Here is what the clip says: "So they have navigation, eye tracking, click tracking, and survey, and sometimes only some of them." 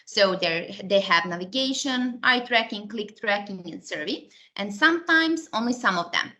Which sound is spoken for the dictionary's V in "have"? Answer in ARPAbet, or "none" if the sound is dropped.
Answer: V